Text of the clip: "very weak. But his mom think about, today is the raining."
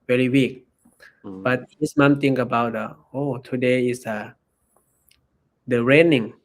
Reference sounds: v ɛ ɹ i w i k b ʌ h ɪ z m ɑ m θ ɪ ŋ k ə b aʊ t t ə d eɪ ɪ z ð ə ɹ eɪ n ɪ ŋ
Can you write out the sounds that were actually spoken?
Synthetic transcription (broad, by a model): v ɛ ɹ i w i k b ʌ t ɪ s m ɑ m t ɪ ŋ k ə b aʊ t t ə d eɪ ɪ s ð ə ɹ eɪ n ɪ ŋ